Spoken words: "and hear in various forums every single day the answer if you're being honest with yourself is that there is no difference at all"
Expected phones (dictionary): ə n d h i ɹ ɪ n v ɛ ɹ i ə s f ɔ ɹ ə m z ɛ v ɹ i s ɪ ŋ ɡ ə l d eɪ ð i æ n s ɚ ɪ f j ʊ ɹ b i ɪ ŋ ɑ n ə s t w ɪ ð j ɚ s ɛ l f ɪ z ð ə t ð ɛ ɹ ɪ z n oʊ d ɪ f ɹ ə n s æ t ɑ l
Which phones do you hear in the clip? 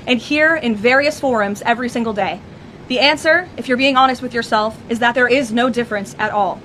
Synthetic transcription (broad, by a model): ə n h i ɹ ɪ n v ɛ ɹ i ə s f ɔ ɹ ə m z ɛ v ɹ i s ɪ ŋ ɡ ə l d eɪ ð i æ n s ɚ ɪ f j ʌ ɹ b i ɪ ŋ ɑ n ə s t w ɪ ð j ɚ s ɛ l f ɪ z ð ə t ð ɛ ɹ ɪ z n oʊ d ɪ f ɹ ə n s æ t ɑ l